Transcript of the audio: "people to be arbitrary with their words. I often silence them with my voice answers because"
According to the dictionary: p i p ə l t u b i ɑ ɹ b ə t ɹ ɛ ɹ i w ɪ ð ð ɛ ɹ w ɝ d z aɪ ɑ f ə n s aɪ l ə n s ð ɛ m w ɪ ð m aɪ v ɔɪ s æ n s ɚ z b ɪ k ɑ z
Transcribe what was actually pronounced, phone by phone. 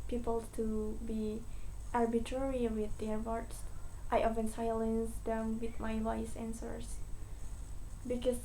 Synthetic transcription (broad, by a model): p i p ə l t u b i ɑ ɹ b ə t ɹ ɛ ɹ i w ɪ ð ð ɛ ɹ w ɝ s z aɪ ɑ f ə n s aɪ l ə n s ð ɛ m w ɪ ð m aɪ w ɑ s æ n s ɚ s b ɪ k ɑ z